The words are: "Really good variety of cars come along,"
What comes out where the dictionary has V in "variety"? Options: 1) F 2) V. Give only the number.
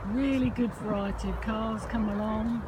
1